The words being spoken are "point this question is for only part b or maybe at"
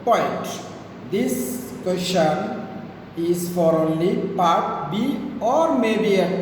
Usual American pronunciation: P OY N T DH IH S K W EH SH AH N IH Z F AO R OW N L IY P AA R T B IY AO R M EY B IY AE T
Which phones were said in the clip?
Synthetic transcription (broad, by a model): P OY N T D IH S K W EH SH AH N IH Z F AO R OW N L IY P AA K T B IY AO R M EY B IY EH